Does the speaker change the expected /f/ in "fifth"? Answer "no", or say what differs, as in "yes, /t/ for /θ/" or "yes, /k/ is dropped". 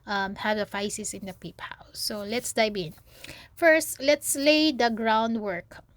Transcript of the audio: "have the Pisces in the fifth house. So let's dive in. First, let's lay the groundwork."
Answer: yes, /p/ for /f/